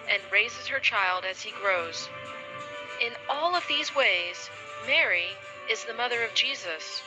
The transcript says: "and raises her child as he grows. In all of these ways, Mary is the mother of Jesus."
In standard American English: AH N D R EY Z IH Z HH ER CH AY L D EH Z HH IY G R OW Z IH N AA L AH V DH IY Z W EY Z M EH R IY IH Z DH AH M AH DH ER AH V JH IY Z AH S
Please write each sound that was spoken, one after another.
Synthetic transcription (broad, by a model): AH N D R EY Z IH Z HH ER CH AY L D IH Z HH IY G R OW Z IH N AA L AH V DH IY Z W EY Z M EH R IY IH Z DH AH M AH DH ER AH V JH IY Z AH S